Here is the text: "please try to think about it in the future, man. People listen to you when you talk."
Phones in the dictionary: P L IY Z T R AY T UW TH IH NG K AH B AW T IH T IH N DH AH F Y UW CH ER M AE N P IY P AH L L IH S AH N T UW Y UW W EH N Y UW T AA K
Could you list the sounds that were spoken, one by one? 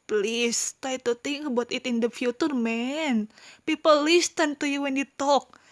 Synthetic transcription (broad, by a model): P L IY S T AY T UW T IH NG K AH B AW T IH T IH N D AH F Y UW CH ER M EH N P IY P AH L L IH S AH N T UW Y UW W EH N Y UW T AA K